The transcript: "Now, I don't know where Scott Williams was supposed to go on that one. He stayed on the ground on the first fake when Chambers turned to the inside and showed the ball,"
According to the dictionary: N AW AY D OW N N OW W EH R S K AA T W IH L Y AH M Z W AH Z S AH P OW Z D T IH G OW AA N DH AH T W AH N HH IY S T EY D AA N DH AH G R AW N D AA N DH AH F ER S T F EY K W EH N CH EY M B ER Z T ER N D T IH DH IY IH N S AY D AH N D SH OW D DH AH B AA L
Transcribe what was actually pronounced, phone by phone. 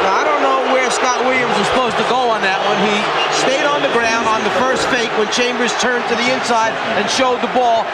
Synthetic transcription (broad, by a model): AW AY D OW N N OW W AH R S K AA T W IH L Y AH M Z W AH Z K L OW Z T IH G OW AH N DH AH T W AH N IY S T EY D N DH AH G R AW N D N DH AH F ER S T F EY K W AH N CH EY M B ER Z T ER N T IH DH IY IH N S AY D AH N SH OW D DH AH B AA L